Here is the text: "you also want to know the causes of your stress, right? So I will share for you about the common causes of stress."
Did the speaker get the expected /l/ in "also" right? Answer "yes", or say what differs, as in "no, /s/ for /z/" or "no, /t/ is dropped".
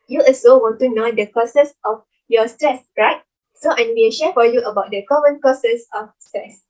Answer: no, /l/ is dropped